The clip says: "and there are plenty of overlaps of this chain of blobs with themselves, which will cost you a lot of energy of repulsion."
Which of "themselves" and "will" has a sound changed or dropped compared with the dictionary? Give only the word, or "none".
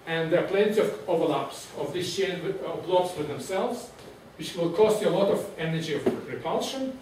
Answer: none